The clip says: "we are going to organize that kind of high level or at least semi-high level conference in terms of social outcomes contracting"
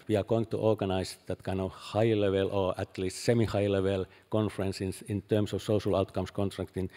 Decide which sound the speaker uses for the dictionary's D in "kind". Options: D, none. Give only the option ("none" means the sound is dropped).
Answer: none